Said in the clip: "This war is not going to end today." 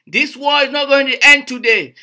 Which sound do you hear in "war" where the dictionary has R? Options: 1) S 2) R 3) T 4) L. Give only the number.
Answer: 4